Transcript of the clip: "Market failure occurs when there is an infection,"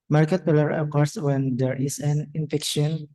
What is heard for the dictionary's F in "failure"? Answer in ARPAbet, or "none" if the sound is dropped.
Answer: P